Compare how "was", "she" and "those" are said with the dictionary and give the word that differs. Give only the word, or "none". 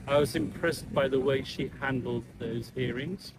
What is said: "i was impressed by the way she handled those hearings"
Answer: none